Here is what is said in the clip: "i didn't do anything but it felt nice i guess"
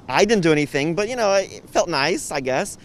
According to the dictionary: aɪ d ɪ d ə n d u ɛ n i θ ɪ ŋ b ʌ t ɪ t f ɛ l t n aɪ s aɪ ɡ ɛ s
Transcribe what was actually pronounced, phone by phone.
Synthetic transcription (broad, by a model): aɪ d ɪ d n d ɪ ɛ n i θ ɪ ŋ b ʌ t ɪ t f ɛ l t n aɪ s aɪ ɡ ɛ s